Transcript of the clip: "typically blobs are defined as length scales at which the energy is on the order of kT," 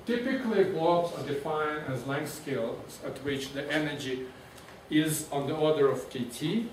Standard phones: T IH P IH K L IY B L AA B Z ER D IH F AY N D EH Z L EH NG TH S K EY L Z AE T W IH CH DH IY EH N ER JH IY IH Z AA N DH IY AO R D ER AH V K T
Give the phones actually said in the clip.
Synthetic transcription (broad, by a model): T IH P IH K L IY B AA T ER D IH F AY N EH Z L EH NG S K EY L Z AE T W IH CH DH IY EH N ER JH IY IH Z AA N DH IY AO R D ER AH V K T